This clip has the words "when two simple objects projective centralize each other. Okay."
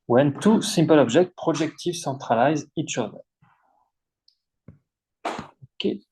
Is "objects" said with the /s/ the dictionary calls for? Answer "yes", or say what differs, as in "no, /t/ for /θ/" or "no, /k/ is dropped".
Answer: no, /s/ is dropped